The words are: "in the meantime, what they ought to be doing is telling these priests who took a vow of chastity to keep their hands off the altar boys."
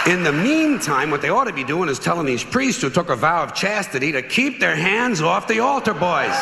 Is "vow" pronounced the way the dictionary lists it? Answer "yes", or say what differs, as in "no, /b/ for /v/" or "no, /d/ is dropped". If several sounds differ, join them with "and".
yes